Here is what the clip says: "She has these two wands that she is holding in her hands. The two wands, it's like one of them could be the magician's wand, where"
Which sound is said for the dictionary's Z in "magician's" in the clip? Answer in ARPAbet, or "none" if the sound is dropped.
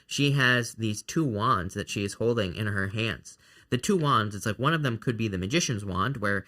Z